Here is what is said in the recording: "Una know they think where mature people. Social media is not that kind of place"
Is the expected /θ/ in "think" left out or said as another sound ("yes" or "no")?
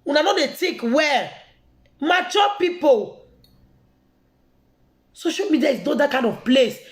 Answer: yes